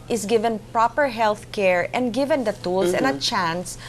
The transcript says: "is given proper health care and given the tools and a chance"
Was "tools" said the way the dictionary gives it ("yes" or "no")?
no